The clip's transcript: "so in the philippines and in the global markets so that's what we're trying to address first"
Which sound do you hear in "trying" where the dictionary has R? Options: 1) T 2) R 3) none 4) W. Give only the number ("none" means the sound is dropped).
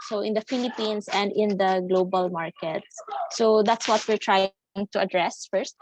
2